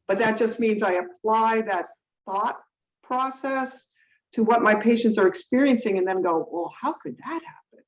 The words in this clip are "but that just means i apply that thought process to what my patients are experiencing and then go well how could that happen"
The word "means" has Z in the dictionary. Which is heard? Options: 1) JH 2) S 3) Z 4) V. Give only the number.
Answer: 3